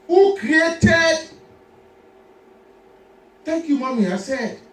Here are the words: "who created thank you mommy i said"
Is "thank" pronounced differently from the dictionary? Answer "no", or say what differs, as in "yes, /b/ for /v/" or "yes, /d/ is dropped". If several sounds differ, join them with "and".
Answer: yes, /t/ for /θ/